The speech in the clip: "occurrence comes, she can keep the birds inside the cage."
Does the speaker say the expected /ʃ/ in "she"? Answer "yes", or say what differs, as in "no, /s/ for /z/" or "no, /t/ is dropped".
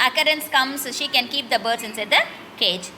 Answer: yes